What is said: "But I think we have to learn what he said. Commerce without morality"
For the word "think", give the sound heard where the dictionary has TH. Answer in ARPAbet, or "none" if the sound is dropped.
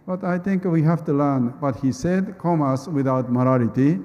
T